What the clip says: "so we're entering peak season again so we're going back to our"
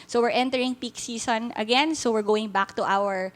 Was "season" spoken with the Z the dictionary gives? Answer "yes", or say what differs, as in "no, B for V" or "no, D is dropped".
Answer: no, S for Z